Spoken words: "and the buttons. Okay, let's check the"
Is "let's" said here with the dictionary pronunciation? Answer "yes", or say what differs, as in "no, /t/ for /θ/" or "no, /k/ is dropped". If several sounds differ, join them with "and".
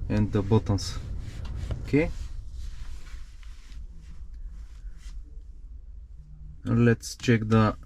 yes